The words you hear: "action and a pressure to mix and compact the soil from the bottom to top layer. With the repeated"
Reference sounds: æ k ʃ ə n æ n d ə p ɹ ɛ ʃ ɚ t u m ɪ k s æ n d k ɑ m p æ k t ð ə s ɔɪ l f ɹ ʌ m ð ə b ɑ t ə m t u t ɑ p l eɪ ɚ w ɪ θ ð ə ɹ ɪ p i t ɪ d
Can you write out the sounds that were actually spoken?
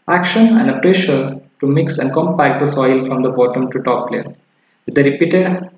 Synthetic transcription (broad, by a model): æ k ʃ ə n æ n d ə p ɹ ɛ ʃ ɚ t u m ɪ k s æ n d k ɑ m p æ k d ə s ɔɪ l f ɹ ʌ m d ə b ɑ t ə m t u t ɑ p l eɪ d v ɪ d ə ɹ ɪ p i t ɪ d